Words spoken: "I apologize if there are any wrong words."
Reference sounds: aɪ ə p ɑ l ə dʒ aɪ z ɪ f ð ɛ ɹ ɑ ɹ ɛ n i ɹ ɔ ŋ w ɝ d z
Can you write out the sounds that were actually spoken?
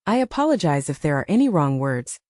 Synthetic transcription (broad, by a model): aɪ ə p ɑ l ə dʒ aɪ z ɪ f ð ɛ ɹ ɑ ɹ ɛ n i ɹ ɔ ŋ w ɝ d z